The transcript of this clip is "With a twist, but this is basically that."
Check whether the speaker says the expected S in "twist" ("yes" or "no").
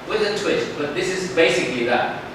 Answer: no